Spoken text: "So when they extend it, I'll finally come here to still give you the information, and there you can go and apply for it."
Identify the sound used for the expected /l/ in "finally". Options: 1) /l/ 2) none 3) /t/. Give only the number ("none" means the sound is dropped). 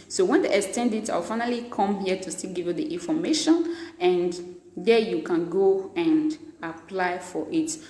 1